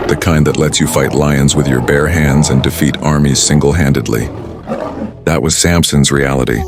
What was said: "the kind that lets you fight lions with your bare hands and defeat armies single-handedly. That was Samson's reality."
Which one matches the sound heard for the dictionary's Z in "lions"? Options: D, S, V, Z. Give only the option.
Z